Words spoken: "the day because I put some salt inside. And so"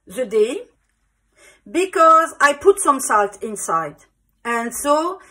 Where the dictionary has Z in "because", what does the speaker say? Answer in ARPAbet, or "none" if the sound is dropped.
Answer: Z